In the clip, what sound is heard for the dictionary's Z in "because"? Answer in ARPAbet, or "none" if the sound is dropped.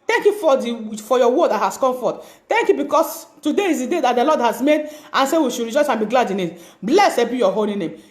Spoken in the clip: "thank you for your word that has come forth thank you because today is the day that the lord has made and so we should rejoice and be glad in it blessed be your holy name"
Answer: S